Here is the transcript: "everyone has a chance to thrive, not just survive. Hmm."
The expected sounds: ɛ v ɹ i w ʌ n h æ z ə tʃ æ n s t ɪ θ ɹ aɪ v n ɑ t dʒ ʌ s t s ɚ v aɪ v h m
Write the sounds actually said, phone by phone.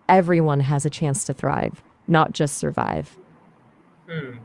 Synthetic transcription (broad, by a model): ɛ v ɹ i w ʌ n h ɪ z ə tʃ æ n s t ɪ θ ɹ aɪ v n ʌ t dʒ ʌ s t s ɚ v aɪ v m